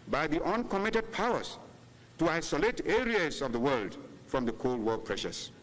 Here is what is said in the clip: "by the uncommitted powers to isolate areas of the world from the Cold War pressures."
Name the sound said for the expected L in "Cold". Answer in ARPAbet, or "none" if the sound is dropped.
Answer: L